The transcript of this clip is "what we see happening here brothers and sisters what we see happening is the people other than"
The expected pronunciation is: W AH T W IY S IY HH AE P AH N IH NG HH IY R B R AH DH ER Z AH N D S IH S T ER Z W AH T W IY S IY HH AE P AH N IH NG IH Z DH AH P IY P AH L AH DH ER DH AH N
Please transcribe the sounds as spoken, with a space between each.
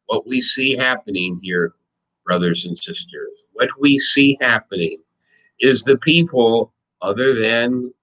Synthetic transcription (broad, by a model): W AH T W IY S IY HH AE P AH N IH NG HH IY R B R AH DH ER Z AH N S IH S T ER Z W AH T W IY S IY HH AE P AH N IH NG IH Z DH AH P IY P L AH DH ER DH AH N